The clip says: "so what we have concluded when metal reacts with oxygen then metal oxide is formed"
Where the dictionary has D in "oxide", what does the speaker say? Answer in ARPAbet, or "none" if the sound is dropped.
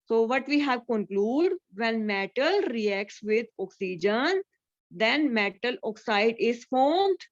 D